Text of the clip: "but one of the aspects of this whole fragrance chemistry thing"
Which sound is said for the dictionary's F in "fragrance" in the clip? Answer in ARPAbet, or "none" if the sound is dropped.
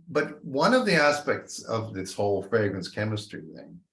F